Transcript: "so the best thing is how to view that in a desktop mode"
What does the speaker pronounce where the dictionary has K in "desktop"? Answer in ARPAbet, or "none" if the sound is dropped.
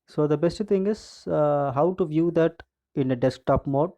K